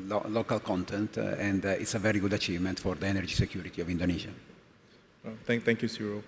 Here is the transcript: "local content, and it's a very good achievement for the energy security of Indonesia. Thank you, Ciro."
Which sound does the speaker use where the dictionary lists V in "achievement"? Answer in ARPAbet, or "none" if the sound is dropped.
V